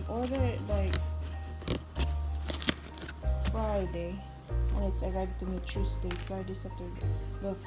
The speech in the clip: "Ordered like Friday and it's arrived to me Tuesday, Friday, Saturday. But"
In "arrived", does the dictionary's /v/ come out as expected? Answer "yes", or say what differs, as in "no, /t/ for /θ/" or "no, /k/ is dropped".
no, /v/ is dropped